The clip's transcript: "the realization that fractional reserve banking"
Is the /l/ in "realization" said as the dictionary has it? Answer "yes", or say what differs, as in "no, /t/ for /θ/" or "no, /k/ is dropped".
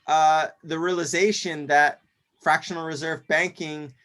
yes